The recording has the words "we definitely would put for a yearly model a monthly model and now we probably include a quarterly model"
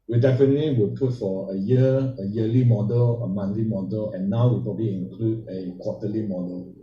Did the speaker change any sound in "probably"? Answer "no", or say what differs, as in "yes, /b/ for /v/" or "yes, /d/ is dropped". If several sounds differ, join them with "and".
no